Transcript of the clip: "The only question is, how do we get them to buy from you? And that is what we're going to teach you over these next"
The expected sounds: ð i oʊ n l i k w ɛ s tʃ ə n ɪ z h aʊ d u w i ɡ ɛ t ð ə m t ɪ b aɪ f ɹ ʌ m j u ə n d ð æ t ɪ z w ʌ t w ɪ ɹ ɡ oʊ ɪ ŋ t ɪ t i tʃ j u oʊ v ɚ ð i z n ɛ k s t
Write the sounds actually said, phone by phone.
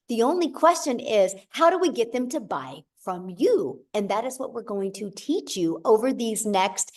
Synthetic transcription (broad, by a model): ð i oʊ n l i k w ɛ s tʃ ə n ɪ z h aʊ d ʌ w i ɡ ɛ t ð ə m t ɪ b aɪ f ɹ ʌ m j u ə n ð æ t ɪ z w ʌ t w ɪ ɹ ɡ oʊ ɪ ŋ t ɪ t i tʃ j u oʊ v ɚ ð i z n ɛ k s t